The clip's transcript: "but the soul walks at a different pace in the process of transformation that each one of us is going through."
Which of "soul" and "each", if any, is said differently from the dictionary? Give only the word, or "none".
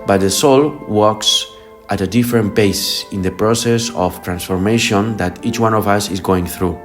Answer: none